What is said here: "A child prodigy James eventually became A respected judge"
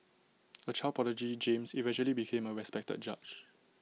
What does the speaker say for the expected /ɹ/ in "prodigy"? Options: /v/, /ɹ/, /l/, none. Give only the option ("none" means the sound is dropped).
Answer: none